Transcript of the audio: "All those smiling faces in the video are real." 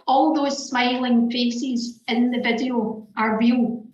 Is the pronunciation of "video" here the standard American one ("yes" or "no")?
yes